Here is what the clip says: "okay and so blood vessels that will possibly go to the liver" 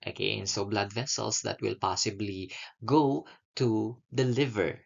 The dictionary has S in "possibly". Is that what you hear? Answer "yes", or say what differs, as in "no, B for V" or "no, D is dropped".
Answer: yes